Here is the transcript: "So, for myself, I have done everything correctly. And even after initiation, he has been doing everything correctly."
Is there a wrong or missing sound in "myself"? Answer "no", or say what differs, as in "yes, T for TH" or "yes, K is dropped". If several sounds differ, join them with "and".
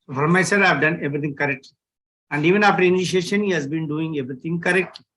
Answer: yes, F is dropped